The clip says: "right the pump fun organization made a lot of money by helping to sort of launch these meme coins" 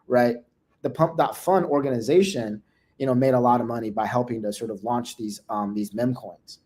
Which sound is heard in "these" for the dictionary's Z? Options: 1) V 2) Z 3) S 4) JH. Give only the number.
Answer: 2